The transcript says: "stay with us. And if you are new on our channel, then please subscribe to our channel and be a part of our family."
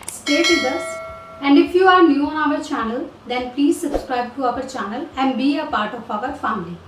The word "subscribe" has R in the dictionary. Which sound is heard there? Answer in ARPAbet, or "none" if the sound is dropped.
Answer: R